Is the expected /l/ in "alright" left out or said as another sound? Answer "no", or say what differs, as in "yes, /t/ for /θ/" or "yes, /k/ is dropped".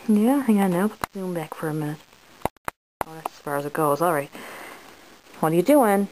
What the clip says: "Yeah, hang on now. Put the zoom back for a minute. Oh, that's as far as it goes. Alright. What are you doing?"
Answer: no